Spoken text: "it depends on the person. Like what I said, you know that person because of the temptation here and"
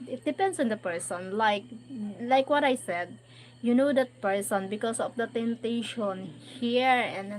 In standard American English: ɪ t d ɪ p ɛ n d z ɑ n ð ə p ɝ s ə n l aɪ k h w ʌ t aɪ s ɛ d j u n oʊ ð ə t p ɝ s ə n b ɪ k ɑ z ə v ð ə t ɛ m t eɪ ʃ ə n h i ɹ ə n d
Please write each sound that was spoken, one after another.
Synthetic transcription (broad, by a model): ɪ t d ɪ p ɛ n d s ɑ n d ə p ɝ s ə n l aɪ k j w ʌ t aɪ s ɛ d j u n oʊ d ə t p ɝ s ə n b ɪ k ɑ s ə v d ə t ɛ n t eɪ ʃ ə n h i ɹ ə n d